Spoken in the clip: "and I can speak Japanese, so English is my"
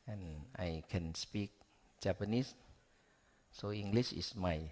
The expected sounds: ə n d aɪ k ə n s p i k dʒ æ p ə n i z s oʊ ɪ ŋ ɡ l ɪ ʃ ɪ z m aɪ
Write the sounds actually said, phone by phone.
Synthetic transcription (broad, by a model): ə n aɪ k ə n s p i k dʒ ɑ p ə n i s s oʊ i ŋ ɡ l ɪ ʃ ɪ s m aɪ